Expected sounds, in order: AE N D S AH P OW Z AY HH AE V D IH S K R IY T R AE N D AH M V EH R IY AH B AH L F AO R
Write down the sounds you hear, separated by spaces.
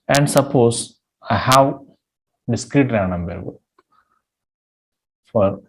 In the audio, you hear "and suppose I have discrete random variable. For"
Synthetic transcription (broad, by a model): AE N D S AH P OW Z AY HH AE V D IH S K R IY T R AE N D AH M B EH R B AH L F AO R